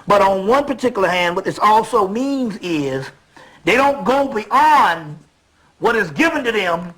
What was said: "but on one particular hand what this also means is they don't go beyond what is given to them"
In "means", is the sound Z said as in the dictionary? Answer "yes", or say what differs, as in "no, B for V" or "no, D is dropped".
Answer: yes